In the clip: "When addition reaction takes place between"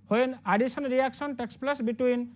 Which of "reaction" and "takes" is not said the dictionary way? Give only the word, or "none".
reaction